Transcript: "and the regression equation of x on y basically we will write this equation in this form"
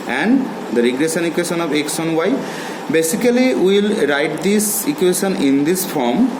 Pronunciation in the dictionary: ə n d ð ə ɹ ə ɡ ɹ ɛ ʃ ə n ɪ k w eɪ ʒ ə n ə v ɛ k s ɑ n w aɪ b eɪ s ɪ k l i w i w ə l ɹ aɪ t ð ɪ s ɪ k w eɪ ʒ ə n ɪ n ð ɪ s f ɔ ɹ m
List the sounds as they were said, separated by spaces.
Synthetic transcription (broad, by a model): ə n d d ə ɹ ə ɡ ɹ ɛ ʃ ə n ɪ k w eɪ ʃ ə n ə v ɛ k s ɑ n w aɪ b eɪ s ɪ k i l i w ə l ɹ aɪ t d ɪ s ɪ k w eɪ ʃ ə n ɪ n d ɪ s f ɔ ɹ m